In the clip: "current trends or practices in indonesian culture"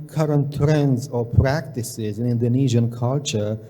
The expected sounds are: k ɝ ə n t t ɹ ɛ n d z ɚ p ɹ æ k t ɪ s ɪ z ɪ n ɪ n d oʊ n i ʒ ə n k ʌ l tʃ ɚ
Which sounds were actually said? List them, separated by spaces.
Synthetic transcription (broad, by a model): k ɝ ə n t t ɹ ɛ n d z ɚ p ɹ æ k t ɪ s ɪ z ɪ n ɪ n d oʊ n i ʒ ə n k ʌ l tʃ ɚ